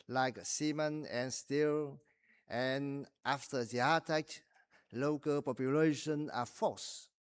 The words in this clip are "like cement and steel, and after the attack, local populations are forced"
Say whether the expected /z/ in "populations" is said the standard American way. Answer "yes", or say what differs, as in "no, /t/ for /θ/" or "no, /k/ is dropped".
no, /z/ is dropped